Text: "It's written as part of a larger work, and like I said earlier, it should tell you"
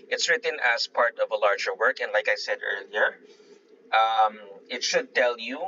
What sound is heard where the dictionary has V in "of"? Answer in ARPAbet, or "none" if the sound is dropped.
V